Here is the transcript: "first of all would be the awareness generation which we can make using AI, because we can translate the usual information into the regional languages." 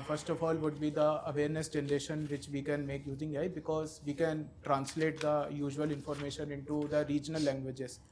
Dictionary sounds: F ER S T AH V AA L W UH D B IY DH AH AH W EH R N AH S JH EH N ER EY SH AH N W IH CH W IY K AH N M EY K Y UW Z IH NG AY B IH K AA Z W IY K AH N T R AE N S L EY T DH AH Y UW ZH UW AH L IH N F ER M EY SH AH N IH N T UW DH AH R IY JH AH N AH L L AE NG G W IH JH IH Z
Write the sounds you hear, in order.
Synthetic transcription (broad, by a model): F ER S T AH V AA L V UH D B IY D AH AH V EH R N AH S JH EH N ER EY SH AH N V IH CH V IY K AH N M EY K Y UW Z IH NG AY B IH K AA Z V IY K AH N T R AE N S L EY T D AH Y UW ZH UW AH L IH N F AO M EY SH AH N IH N T UW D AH R IY JH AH N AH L L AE NG G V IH JH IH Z